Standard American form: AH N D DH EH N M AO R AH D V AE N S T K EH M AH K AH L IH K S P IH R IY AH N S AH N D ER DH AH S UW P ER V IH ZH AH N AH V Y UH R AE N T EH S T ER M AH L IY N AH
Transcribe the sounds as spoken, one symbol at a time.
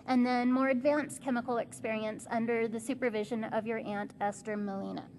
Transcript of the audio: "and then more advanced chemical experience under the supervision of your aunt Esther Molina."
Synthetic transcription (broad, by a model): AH N DH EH N M AO R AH D V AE N S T K EH M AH K L IH K S P IH R IY AH N S AH N D ER DH AH S UW P ER V IH ZH AH N AH V Y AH R AE N T EH S T ER M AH L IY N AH